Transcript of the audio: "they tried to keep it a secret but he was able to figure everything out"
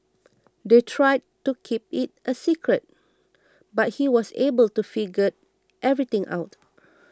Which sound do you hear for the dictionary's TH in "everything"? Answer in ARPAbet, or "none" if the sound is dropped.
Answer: T